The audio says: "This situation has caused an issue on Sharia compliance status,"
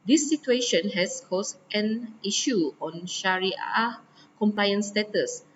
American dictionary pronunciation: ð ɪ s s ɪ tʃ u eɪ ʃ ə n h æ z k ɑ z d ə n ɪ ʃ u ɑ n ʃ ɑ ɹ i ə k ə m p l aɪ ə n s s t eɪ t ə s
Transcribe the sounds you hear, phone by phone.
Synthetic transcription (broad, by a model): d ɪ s s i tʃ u eɪ ʃ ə n h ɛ s k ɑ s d ə n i ʃ u ɑ n ʃ ɑ ɹ i ə k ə m p l aɪ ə n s s t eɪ t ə s